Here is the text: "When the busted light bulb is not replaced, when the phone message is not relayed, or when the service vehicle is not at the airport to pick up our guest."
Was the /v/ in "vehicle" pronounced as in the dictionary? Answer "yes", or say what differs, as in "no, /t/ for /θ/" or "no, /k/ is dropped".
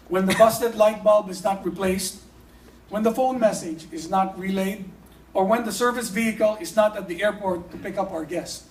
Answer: yes